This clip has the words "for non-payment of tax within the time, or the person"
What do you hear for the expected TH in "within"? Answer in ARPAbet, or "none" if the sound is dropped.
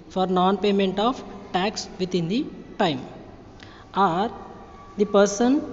T